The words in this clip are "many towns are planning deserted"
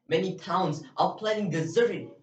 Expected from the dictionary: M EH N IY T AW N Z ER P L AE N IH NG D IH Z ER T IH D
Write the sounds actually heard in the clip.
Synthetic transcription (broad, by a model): M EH N IY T AW N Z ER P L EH IH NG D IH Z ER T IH